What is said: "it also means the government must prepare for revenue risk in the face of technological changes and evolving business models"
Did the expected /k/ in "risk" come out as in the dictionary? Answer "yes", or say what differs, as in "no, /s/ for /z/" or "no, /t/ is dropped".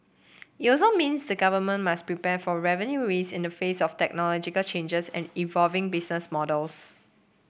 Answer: no, /k/ is dropped